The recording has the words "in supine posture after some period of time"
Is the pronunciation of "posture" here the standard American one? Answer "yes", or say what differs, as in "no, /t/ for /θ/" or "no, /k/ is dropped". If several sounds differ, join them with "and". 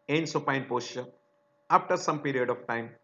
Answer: no, /ʃ/ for /tʃ/